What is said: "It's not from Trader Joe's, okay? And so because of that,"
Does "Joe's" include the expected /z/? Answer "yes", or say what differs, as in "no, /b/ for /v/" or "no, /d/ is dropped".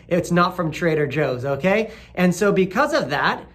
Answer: yes